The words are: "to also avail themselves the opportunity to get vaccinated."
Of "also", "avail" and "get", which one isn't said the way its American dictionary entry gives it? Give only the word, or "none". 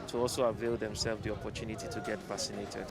none